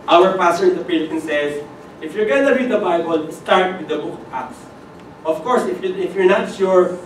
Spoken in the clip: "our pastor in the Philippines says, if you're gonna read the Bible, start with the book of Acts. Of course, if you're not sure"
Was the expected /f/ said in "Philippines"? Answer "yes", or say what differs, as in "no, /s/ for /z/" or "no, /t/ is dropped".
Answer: no, /p/ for /f/